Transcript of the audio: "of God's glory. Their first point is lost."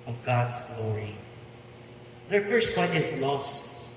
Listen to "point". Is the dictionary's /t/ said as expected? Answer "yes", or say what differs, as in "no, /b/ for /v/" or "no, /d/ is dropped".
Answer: no, /t/ is dropped